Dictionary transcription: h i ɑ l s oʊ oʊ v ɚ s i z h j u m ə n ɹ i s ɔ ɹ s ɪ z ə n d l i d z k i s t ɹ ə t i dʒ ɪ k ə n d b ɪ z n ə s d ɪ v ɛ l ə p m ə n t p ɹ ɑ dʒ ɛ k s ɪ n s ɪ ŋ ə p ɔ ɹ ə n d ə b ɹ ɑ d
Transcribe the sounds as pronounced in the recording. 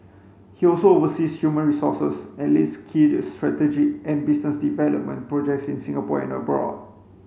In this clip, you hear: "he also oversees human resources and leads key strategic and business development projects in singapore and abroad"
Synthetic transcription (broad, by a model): h i ɑ l s oʊ oʊ v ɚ s i s h j u m ə n ɹ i s ɔ s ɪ s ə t l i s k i s t ɹ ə t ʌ dʒ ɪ ə n b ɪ s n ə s d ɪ v ɛ l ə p m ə n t p ɹ ɑ dʒ ɛ k s ɪ n s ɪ ŋ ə p ɔ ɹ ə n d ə b ɹ ɑ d